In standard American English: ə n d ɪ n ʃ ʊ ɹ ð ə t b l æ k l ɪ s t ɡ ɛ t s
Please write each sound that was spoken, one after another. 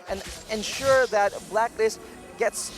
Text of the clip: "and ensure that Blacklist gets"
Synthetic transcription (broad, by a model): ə n ɪ n ʃ ʊ ɹ ð ə t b l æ k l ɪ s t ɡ ɛ t s